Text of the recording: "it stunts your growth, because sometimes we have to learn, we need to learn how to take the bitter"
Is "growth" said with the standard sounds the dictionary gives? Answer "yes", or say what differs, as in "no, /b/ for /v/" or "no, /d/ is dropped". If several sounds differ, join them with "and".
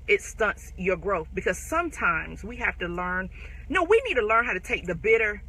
yes